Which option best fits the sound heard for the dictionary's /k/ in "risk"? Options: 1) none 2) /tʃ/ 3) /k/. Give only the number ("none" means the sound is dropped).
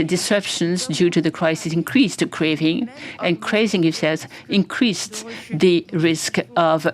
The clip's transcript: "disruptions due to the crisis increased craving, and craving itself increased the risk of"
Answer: 3